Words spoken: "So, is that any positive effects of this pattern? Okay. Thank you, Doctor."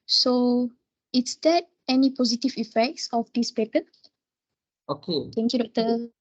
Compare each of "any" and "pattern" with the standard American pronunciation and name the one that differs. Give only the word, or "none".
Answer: pattern